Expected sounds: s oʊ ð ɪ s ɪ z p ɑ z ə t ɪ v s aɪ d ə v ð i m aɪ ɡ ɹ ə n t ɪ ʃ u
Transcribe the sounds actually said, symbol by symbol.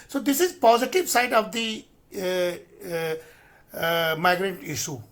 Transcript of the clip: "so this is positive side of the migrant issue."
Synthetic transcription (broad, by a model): s oʊ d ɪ s ɪ z p ɑ z ə t ɪ v s aɪ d ə v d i m aɪ ɡ ɹ ə n t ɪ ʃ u